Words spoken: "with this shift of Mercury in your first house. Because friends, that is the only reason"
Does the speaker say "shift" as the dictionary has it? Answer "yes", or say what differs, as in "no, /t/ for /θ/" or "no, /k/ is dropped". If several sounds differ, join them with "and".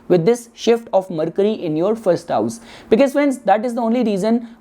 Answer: yes